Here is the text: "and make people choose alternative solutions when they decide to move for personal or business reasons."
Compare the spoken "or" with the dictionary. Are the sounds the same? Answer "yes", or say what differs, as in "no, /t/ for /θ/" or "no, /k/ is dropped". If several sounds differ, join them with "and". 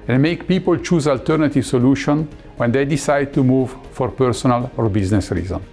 yes